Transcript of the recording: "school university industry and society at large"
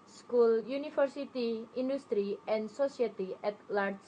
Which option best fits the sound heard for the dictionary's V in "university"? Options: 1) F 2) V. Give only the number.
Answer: 1